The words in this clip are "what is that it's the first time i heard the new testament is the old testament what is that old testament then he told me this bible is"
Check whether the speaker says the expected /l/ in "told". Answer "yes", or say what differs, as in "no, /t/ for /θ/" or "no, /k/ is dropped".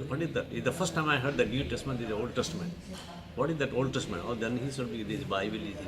no, /l/ is dropped